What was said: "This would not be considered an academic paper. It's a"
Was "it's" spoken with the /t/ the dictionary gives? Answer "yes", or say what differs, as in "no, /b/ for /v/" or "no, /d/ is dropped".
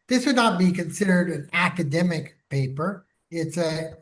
yes